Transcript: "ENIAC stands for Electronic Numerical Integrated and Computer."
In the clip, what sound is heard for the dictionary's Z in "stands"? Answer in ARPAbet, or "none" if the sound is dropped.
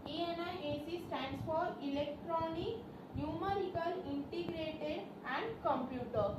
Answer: S